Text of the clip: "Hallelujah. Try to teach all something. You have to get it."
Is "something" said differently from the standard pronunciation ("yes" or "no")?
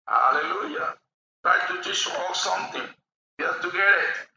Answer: yes